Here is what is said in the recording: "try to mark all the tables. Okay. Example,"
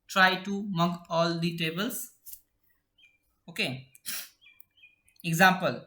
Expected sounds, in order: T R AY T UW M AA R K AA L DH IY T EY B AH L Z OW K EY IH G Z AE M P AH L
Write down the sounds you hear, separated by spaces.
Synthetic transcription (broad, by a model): T R AY T UW M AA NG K AA L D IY T EY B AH L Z OW K EY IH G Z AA M P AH L